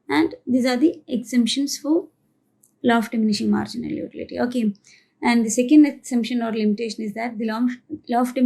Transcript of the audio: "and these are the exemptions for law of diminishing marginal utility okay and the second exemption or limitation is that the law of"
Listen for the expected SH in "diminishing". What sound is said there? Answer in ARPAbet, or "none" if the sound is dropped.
SH